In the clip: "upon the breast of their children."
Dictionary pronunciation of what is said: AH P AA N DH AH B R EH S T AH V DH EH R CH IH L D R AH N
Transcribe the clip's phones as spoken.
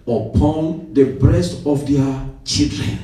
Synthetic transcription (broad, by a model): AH P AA N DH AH B R EH S T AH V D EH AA CH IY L D R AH N